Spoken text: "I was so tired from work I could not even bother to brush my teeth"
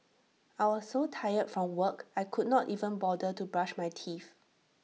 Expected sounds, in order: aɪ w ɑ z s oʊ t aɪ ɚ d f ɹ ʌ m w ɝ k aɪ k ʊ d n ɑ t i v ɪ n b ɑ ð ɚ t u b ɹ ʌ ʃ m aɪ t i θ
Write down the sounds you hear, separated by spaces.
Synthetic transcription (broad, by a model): aɪ w ɑ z s oʊ t aɪ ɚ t f ɹ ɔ m w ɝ k aɪ k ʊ d n ɑ t i v ɪ n b ɑ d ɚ t u b ɹ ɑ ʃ m aɪ t i f